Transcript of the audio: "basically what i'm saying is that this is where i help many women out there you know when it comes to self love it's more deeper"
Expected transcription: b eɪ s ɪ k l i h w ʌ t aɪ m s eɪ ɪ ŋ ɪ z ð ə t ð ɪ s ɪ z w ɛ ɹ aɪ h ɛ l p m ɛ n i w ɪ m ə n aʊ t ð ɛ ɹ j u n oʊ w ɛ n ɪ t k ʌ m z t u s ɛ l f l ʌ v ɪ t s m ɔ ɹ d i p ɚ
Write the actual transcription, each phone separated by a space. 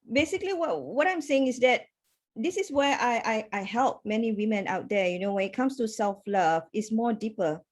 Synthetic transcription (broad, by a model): b eɪ s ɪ k l i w w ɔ t aɪ m s eɪ ɪ ŋ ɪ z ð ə t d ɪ s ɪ s w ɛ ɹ aɪ h ɛ l p m ɛ n i w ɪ m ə n aʊ t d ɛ j u n oʊ w ɛ n ɪ t k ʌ m s t u s ɛ l f l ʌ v ɪ t s m ɔ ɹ d i p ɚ